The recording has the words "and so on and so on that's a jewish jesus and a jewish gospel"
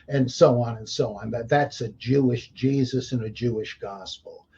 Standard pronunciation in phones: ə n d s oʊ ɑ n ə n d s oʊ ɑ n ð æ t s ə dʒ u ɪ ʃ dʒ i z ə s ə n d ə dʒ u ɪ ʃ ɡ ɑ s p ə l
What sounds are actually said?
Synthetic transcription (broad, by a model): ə n s oʊ ɑ n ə n s oʊ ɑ n ð æ t s ə dʒ u ɪ ʃ dʒ i z ə s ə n ə dʒ u ɪ ʃ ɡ ɑ s p l